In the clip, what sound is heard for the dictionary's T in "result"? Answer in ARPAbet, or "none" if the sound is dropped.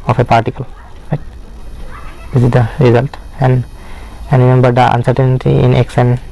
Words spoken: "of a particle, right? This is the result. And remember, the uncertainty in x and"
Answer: T